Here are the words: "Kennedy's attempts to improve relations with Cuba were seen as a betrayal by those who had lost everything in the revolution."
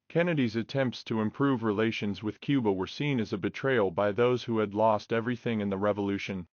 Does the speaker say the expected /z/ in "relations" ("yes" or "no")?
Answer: yes